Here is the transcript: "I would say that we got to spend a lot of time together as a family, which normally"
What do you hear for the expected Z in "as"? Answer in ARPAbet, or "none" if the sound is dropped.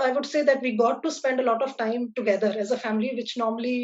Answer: Z